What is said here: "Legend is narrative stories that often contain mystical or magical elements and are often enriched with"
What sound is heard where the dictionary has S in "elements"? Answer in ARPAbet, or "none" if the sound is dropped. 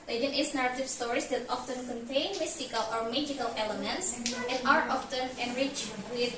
S